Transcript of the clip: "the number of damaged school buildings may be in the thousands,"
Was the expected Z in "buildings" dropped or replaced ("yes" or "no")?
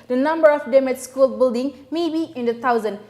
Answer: yes